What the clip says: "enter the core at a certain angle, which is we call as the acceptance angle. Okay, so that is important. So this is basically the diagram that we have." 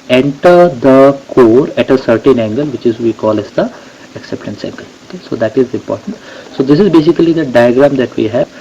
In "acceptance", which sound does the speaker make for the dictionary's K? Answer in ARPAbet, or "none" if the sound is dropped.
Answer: K